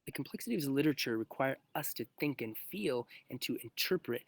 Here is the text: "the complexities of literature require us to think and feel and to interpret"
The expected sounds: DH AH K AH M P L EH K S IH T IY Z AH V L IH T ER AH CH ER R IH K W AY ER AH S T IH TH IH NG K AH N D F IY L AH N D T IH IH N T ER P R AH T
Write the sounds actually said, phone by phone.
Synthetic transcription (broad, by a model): DH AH K M P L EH K S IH T IY AH V L IH T ER AH CH ER R IH K W AY ER AH S T IH TH IH NG K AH N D F IY L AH N T IH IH N T ER P R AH T